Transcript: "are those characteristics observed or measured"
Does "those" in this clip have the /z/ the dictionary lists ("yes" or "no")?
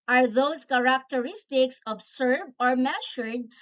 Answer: no